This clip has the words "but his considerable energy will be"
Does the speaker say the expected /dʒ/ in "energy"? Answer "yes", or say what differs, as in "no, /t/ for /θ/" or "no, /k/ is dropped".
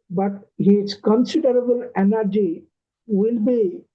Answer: yes